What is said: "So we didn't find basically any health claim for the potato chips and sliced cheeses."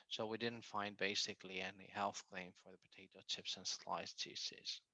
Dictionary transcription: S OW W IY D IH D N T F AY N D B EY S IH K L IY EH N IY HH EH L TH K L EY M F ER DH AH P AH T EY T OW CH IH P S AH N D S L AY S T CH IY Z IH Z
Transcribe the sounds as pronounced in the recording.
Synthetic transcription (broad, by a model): S OW W IY D IH D N T F AY N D B EY S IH K L IY EH N IY HH EH L TH K L EY M F ER DH AH P AH T EY T OW CH IH P S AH N S L AY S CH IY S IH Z